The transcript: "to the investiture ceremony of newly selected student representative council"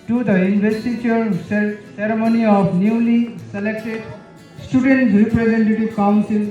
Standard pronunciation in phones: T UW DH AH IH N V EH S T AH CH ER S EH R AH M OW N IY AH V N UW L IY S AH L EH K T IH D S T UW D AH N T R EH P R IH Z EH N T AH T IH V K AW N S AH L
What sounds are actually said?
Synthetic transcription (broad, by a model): T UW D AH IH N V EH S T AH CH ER S EH R AH M OW N IY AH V N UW L IY S AH L EH K T IH D S T UW D AH N T R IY P R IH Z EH N T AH T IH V K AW N S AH L